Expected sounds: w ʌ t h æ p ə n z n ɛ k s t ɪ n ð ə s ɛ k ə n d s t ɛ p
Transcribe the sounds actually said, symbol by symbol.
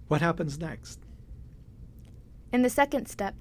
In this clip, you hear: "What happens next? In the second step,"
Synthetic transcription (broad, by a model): w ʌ t h æ p ə n z n ɛ k s t ɪ n ð ə s ɛ k ə n d s t ɛ p